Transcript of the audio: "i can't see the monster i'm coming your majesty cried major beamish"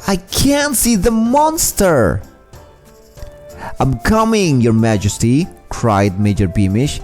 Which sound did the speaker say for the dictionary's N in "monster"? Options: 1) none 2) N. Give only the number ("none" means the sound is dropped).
2